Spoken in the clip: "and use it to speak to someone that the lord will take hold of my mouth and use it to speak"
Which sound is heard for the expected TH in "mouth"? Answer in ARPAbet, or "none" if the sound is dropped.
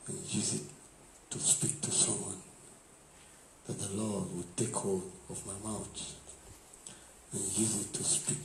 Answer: T